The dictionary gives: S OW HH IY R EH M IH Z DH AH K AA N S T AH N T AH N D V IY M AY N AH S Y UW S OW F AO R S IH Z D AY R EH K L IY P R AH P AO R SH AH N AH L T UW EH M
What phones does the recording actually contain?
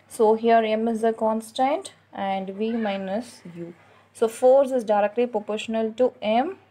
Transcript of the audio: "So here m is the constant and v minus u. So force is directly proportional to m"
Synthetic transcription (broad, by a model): S OW HH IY R EH M IH Z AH K AA N S T AH N T AH N D V IY M AY N AH S Y UW S OW F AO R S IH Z D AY R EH K L IY P R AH P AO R SH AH N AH L T UW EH M